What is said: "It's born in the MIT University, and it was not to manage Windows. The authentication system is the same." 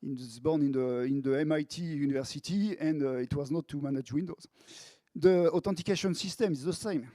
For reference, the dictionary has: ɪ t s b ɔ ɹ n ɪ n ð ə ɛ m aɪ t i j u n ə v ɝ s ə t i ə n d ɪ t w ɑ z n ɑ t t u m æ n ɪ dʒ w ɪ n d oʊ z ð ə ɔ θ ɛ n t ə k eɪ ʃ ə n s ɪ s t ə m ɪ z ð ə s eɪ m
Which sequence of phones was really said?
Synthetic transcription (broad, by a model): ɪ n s b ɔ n n ɪ n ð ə ɛ m aɪ t i j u n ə v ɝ s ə t i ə n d ɪ t w ɑ z n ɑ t t u m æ n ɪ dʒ w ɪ n d oʊ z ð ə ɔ t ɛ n t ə k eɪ ʃ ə n s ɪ s t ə m ɪ z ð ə s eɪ m